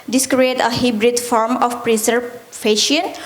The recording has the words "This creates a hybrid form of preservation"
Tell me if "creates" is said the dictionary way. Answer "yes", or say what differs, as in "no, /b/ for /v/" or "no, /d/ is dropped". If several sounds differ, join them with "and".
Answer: no, /s/ is dropped